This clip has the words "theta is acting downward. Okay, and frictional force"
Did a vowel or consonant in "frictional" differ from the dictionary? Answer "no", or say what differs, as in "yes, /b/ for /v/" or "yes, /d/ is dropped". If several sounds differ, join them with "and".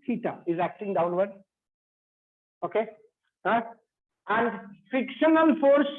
yes, /ɹ/ is dropped and /n/ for /l/